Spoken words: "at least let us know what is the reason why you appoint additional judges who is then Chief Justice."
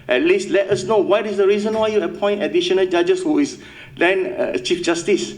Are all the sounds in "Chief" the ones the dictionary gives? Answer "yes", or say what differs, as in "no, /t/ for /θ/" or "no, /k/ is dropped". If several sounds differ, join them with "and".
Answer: yes